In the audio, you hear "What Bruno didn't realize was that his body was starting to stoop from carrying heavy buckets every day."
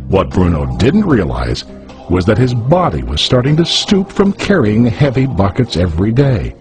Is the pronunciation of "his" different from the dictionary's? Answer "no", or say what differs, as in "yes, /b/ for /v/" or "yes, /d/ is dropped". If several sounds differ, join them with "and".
no